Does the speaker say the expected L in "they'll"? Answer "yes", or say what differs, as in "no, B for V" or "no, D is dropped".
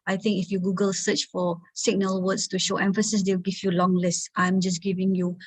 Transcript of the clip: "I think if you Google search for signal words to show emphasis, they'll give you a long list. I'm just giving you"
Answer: no, W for L